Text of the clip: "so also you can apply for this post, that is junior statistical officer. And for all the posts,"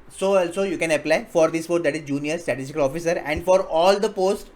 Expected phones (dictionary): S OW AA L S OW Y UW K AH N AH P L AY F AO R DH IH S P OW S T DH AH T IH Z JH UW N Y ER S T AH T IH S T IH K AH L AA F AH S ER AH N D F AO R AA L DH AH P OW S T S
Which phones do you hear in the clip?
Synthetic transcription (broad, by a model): S OW AA L S OW Y UW K AH N AH P L AY F AO R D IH S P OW T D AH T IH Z JH UW N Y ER S T AH T IH S T IH K AH L AA F AH S ER AH N D F AO R AA L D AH P OW S T